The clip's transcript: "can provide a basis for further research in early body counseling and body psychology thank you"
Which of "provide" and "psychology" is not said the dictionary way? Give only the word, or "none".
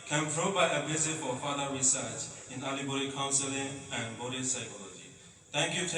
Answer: provide